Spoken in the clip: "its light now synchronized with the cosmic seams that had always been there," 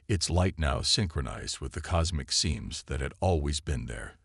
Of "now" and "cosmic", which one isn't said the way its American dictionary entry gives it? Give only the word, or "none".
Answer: none